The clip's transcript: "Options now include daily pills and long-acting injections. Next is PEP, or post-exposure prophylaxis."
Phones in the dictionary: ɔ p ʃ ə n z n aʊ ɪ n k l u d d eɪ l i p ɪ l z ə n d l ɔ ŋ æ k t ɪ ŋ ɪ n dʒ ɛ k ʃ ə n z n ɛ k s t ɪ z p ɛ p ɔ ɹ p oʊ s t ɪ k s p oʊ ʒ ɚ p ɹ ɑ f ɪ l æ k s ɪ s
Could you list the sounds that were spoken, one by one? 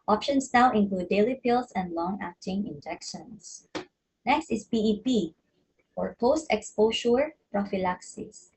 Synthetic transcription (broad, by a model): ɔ p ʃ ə n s n aʊ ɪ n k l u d d eɪ l i p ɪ l s ə n d l ɔ ŋ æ k t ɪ ŋ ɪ n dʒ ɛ k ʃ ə n s n ɛ k s t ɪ s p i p ɔ ɹ p oʊ s t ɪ k s p oʊ ʃ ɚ p ɹ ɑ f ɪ l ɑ k s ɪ s